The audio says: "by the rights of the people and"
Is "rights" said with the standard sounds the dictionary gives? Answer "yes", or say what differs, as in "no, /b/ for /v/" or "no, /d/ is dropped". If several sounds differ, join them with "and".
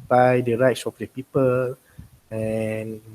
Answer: yes